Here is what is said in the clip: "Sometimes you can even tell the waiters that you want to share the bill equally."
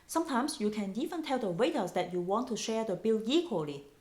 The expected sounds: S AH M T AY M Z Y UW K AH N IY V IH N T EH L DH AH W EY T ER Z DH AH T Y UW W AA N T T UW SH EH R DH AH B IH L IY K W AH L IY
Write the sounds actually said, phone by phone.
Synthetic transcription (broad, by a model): S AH M T AY M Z Y UW K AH N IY F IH N T EH L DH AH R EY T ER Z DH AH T Y UW W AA N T T UW SH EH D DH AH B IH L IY K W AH L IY